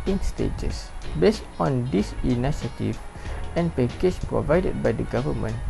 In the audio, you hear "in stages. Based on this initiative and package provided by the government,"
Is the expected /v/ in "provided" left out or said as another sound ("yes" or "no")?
no